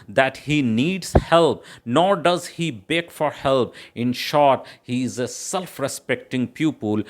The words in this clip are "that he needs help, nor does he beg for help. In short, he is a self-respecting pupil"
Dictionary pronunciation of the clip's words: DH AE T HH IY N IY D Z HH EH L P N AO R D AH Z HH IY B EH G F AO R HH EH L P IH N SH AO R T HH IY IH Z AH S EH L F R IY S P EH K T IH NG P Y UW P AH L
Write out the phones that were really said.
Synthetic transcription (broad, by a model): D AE T HH IY N IY D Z HH EH L P N AO R D AH Z HH IY B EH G F AO R HH EH L P IH N SH AO R T HH IY IH Z AH S EH L F R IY S P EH K T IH NG P Y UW P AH L